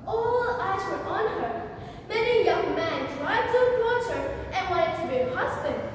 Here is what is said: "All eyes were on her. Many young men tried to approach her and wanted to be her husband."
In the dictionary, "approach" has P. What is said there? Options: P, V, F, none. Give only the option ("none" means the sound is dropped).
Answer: none